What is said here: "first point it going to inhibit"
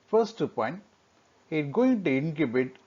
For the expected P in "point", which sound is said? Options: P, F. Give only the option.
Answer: P